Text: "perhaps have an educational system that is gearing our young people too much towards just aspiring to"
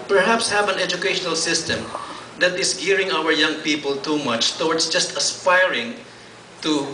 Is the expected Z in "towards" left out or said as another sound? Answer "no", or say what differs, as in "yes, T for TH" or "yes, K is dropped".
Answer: yes, S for Z